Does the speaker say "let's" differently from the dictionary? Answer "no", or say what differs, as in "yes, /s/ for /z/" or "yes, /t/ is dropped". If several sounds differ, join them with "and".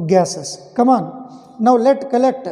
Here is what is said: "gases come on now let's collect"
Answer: yes, /s/ is dropped